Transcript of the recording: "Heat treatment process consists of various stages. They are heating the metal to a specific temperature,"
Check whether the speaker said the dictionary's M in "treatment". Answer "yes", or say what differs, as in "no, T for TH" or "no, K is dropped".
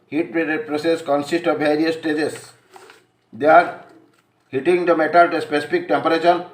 no, M is dropped